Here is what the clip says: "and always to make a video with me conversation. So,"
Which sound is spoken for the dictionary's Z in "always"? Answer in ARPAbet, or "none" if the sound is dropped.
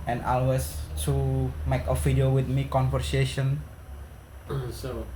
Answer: S